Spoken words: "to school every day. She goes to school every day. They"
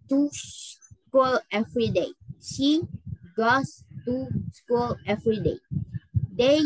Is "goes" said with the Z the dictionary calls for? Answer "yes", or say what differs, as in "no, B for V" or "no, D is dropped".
no, S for Z